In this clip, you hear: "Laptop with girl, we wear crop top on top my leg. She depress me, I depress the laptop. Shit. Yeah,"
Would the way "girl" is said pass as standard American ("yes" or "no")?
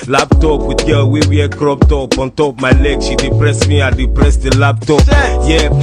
no